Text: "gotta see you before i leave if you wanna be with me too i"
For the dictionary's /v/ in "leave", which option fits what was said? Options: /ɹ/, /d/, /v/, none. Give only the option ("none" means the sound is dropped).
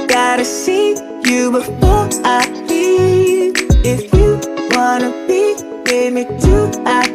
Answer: none